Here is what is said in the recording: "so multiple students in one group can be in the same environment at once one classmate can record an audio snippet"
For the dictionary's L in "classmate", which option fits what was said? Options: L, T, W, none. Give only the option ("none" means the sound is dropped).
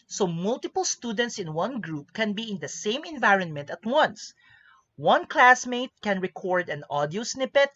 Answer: L